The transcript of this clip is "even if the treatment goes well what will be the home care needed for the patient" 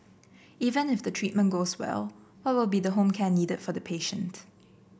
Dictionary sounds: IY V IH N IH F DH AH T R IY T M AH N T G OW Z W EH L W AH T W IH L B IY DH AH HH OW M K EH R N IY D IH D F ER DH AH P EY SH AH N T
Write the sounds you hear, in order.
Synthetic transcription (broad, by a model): IY V IH N IH F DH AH T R IY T M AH N G OW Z W EH L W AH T W IH L B IY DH AH HH OW M K EH N IY D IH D F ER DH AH P EY SH AH N T